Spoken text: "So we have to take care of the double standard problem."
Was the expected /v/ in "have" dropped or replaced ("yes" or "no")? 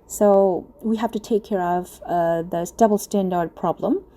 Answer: yes